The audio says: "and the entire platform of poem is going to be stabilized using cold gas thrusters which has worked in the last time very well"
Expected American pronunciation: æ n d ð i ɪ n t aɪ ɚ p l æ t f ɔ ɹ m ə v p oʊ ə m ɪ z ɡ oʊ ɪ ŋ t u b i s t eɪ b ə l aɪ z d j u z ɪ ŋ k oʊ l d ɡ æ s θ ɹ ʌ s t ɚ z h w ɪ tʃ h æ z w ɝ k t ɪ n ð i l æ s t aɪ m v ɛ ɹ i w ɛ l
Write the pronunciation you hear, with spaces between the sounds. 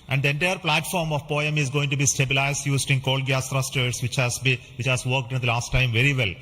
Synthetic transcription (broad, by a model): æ n d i ɪ n t aɪ ɚ p l æ t f ɔ ɹ m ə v p oʊ ə m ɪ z ɡ oʊ ɪ ŋ t u b i s t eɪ b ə l aɪ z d j u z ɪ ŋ k oʊ l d ɡ æ s t ɹ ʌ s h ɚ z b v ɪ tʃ h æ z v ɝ k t ɪ n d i l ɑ s t aɪ m v ɛ ɹ i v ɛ l